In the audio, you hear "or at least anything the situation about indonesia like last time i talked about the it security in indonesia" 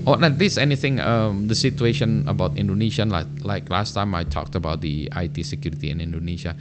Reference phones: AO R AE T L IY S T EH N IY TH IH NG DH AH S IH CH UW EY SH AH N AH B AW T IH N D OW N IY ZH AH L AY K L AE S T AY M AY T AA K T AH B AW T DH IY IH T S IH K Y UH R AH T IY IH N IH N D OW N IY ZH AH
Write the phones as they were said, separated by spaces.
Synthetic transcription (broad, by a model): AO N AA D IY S EH N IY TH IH NG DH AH S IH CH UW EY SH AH N AH B AW T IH N D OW N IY SH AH L AY K L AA S T AY M AY T AA K T AH B AW T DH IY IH T S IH K Y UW R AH T IY IH N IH N D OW N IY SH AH